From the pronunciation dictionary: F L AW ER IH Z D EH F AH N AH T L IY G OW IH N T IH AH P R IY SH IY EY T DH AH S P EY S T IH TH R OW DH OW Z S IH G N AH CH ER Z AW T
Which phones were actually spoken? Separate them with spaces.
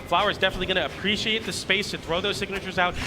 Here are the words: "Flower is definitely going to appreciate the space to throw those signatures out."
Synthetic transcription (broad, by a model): F L AW ER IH Z D EH F AH N AH T L IY G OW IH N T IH AH P R IY SH IY EY T DH AH S P EY S T IH TH R OW DH OW Z S IH G N AH CH ER Z AW T